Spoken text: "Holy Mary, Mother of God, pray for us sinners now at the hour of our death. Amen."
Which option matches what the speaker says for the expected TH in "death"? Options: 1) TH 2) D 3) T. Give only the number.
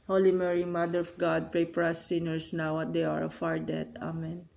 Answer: 3